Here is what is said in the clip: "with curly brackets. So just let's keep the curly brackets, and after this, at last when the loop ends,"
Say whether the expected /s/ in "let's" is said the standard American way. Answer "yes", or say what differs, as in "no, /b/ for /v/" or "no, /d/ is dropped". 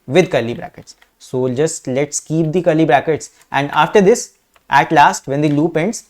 yes